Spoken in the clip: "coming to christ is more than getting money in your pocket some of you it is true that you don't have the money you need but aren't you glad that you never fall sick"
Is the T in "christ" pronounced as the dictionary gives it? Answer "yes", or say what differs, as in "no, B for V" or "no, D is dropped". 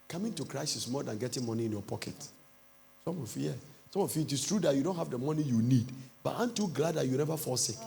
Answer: no, T is dropped